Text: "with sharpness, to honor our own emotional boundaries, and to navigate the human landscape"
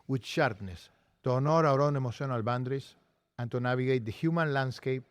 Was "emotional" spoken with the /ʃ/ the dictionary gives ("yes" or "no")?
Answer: no